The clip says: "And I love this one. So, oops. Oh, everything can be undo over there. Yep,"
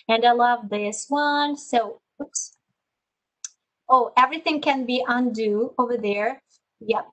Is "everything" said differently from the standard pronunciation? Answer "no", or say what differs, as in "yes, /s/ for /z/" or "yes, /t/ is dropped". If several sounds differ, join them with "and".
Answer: no